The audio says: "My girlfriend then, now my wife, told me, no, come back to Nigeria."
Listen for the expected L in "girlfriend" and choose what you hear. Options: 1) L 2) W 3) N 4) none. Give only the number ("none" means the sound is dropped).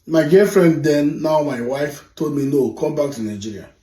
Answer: 4